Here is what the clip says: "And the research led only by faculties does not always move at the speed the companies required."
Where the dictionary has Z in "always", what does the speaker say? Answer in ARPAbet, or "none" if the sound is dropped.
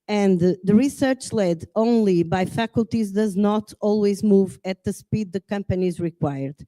Z